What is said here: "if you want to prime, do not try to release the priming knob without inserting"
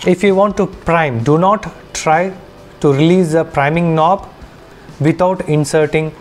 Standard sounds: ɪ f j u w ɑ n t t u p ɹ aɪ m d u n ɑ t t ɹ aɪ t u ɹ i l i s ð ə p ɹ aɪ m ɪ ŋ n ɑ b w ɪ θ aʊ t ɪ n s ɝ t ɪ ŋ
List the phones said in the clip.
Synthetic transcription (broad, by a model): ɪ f j u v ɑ n t t u p ɹ aɪ m d u n ɑ t t ɹ aɪ t u ɹ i l i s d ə p ɹ aɪ m ɪ ŋ n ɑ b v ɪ t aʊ t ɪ n s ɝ t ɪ ŋ